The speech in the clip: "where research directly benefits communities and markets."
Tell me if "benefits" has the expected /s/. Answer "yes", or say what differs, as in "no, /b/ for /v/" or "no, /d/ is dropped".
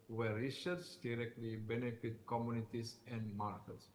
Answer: no, /s/ is dropped